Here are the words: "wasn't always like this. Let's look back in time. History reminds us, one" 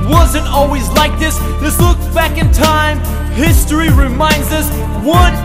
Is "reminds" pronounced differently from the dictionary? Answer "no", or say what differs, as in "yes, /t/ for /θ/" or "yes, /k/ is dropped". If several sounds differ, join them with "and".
no